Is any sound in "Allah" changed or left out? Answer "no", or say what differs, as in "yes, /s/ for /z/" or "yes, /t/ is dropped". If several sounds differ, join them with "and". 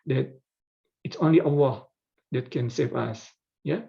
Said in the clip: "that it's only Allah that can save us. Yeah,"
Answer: yes, /w/ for /l/